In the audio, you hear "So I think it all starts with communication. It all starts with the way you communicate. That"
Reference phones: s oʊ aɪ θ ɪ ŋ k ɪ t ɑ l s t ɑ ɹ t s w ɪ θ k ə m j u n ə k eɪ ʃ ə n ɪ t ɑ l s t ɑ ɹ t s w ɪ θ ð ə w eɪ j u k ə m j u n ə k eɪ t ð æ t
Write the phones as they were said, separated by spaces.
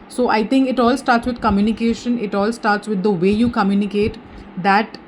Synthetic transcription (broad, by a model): s oʊ aɪ t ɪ ŋ k ɪ t ɑ l s t ɑ ɹ t s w ɪ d k ə m j u n ə k eɪ ʃ ə n ɪ t ɑ l s t ɑ ɹ t s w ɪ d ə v eɪ j u k ə m j u n ə k eɪ t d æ t